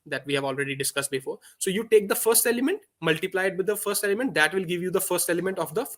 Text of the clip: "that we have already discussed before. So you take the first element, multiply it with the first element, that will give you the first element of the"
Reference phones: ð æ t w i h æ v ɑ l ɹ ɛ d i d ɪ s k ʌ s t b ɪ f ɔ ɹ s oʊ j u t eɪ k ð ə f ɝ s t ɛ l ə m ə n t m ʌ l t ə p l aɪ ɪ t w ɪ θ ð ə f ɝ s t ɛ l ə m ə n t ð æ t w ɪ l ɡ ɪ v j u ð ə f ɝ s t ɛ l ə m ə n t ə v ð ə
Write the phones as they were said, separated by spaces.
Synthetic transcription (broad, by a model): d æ t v i h æ v ɑ l ɹ ɛ d i d ɪ s k ʌ s t b ɪ f ɔ ɹ s oʊ j u t eɪ k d ə f ɝ s t ɛ l ə m ə n t m ʌ l t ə p l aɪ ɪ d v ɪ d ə f ɝ s t ɛ l ə m ə n t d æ t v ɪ l ɡ ɪ v j u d ə f ɝ s t ɛ l ə m ə n t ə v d ə